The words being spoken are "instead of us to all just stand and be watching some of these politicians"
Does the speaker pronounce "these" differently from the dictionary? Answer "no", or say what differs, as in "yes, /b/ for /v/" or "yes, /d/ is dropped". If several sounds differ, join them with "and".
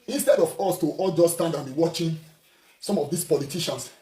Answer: yes, /s/ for /z/